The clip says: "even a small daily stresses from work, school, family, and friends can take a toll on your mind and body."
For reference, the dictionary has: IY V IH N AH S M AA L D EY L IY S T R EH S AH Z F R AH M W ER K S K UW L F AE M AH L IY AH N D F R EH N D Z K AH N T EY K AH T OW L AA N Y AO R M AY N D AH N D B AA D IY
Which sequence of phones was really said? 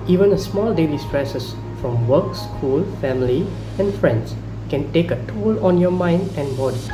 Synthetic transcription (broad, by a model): IY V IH N AH S M AA L D EY L IY S T R EH S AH S F R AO M W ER K S K UW L F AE M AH L IY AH N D F R EH N D S K AH N T EY K AH T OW L AA N Y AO M AY N D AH N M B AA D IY